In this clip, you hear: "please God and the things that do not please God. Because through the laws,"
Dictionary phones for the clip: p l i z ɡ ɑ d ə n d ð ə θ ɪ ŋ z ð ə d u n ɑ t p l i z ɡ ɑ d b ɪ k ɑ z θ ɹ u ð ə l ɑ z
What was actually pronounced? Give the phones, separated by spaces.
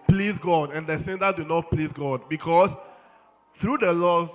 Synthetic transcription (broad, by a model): p l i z ɡ ɑ d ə n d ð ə s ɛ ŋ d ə d u n ɑ t p l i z ɡ ɑ d b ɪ k ɑ s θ ɹ u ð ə l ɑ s